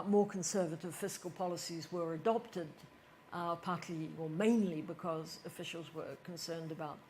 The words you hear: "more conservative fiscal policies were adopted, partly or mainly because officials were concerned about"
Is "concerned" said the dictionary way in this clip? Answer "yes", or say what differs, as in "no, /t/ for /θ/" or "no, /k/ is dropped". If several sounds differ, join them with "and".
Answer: yes